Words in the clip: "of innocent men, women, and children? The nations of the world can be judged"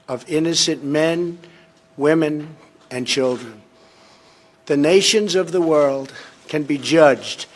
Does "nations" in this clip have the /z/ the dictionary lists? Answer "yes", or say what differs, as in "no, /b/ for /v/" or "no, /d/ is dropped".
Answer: yes